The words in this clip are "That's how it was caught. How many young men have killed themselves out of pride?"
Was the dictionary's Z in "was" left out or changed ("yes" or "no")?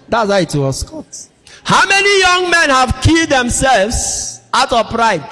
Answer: yes